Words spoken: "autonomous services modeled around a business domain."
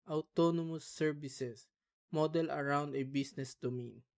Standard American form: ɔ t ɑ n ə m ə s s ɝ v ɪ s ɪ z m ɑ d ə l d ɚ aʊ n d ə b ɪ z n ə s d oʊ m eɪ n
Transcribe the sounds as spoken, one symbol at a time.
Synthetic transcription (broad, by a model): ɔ t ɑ n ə m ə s s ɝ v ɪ s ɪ s m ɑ d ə l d aʊ n d ə b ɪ s n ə s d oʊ m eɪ n